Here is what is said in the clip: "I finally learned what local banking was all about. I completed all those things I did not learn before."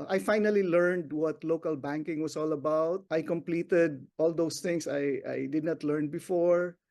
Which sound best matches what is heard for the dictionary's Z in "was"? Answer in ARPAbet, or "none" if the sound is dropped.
S